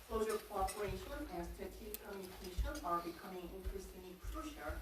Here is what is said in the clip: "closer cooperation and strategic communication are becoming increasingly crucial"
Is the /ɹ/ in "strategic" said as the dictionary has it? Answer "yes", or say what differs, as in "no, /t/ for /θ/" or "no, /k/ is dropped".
no, /ɹ/ is dropped